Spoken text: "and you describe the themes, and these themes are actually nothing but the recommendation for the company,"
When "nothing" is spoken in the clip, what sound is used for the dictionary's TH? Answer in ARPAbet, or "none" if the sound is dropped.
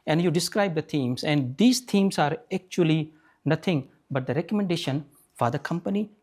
T